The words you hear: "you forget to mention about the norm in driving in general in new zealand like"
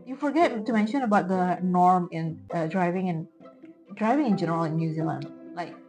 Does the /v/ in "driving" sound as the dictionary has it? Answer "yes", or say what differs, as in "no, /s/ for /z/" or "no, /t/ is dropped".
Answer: yes